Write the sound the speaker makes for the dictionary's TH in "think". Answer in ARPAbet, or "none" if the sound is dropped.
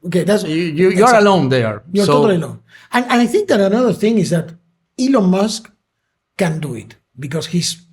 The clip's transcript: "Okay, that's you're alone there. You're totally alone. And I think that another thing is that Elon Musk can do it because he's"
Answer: TH